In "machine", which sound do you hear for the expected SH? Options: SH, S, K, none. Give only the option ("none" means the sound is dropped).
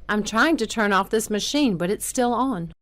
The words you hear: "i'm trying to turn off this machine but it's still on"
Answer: SH